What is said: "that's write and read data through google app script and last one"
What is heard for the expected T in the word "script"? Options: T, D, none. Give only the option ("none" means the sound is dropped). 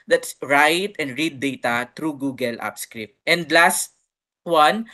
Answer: T